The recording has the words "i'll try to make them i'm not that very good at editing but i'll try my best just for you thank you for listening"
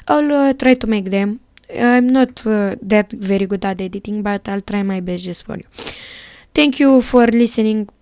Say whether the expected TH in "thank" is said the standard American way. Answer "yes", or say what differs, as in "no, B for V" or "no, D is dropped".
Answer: no, T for TH